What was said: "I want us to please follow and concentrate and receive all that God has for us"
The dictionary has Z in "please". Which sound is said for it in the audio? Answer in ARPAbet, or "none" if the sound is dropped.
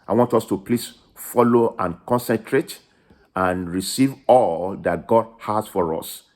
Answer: S